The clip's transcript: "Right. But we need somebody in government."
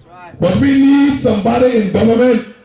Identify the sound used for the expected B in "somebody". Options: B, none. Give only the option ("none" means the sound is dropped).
B